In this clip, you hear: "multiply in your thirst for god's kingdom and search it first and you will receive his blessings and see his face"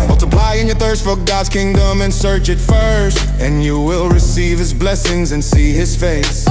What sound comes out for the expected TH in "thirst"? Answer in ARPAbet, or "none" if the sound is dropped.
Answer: TH